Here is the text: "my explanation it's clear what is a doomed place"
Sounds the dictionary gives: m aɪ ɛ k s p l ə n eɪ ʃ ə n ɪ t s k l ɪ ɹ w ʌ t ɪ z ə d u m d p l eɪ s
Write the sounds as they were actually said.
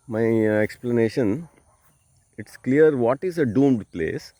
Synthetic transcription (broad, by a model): m aɪ ɛ k s p l ə n eɪ ʃ ə n ɪ t s k l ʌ ɹ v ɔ t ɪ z ə d u m d p l eɪ s